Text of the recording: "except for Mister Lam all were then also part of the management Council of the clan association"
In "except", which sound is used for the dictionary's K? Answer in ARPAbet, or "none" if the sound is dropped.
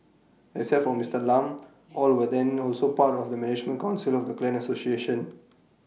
none